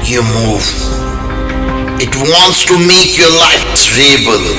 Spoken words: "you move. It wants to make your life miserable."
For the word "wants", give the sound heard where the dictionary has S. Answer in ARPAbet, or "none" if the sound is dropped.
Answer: S